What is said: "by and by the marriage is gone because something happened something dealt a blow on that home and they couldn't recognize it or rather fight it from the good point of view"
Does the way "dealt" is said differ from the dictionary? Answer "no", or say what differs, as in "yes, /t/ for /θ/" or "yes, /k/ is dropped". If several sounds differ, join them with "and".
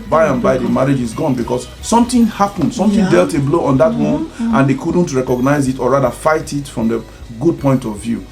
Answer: no